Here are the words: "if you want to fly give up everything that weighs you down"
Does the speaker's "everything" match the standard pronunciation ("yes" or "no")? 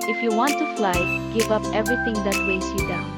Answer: no